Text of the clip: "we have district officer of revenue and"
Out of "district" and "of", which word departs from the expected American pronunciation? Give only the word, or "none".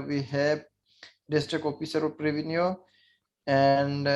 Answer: of